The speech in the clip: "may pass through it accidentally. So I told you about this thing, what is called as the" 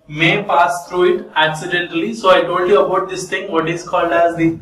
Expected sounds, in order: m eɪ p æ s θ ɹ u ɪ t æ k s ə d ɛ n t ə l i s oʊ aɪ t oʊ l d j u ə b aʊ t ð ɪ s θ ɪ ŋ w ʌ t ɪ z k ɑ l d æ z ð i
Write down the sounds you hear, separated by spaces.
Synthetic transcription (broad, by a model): m eɪ p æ s t ɹ u ɪ t æ k s ə d ɛ n t ə l i s oʊ aɪ t oʊ l d j u ə b aʊ t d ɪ s t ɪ ŋ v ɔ t ɪ z k ɑ l d æ z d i